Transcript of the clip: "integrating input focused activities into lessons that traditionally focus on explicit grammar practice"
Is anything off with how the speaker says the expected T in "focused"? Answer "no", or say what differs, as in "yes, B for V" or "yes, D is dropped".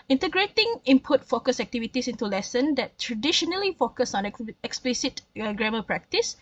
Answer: yes, T is dropped